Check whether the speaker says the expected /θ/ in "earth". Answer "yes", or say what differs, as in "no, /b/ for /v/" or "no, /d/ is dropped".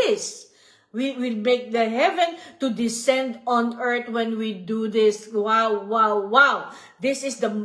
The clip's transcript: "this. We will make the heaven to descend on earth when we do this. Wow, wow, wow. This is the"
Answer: no, /t/ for /θ/